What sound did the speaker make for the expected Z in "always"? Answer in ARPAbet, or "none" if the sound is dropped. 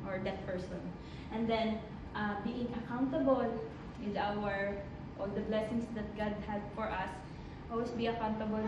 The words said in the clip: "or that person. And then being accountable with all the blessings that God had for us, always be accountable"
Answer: S